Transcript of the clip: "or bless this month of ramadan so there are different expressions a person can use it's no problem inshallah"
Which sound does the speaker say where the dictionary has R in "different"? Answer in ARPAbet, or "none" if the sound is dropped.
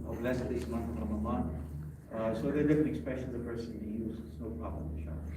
none